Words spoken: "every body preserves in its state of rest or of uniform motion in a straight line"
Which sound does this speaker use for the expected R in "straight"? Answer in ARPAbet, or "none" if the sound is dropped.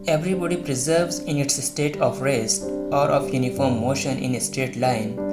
none